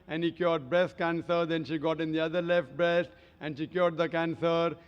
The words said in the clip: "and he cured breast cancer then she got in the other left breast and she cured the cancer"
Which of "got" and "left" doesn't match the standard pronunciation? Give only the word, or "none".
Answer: none